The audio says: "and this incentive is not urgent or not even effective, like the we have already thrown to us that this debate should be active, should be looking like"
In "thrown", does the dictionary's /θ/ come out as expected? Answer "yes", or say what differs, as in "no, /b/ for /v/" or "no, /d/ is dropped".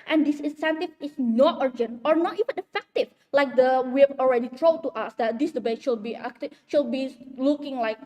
no, /t/ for /θ/